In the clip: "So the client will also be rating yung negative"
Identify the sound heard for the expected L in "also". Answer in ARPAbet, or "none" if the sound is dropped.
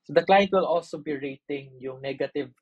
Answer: L